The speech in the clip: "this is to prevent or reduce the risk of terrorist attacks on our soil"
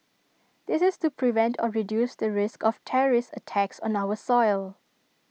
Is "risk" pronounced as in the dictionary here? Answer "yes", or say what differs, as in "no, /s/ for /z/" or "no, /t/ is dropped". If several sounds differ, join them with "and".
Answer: yes